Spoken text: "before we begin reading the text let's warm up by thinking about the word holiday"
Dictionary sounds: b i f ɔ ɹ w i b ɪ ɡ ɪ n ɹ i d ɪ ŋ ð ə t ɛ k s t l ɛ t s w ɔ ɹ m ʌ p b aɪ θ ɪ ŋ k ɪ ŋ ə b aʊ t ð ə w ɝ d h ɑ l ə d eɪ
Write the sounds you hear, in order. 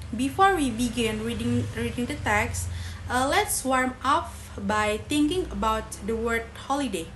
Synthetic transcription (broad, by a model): b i f ɔ ɹ w i b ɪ ɡ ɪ n ɹ i d ɪ ŋ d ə t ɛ k s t l ɛ t s w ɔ ɹ m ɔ f b aɪ t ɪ ŋ k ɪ ŋ ə b aʊ t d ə w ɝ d h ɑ l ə d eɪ